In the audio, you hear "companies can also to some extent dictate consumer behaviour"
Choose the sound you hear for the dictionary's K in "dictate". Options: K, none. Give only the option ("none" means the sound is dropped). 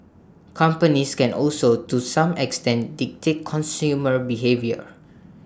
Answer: K